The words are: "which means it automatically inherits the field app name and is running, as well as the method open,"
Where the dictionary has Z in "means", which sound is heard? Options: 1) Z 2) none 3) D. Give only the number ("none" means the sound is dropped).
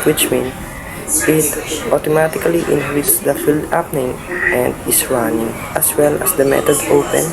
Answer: 2